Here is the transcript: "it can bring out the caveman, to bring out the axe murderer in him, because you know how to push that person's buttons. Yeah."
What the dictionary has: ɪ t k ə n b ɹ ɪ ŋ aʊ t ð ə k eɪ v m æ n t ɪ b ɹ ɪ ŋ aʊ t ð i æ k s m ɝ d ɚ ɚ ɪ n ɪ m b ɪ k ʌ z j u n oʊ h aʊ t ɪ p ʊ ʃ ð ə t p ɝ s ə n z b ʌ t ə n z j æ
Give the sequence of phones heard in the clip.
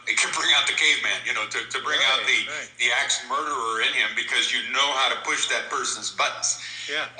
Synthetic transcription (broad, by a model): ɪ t k ə n b ɹ ɪ ŋ aʊ t ð ə k eɪ v m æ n t ɪ b ɹ ɪ ŋ aʊ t ð i æ k s m ɝ d ɚ ɚ ɪ n ɪ m b ɪ k ʌ z j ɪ n oʊ h aʊ t ɪ p ʊ ʃ ð ə t p ɝ s ə n z b ʌ t n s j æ